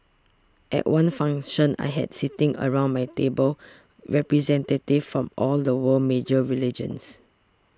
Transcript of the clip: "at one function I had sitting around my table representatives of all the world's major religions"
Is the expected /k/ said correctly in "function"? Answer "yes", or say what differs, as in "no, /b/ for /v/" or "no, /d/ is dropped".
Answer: no, /k/ is dropped